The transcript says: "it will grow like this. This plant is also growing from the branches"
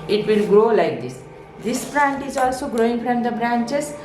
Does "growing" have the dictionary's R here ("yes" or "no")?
yes